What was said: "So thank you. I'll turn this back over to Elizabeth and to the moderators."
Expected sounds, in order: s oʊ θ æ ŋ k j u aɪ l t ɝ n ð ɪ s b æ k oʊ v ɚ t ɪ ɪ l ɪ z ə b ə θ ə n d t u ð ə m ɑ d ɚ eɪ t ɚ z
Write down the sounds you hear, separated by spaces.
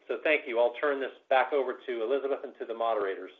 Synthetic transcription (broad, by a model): s oʊ θ æ ŋ k j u aɪ l t ɝ n ð ɪ s b æ k oʊ v ɚ t ɪ ɪ l ɪ z ə b ə θ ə n t u ð ə m ɑ d ɚ eɪ t ɚ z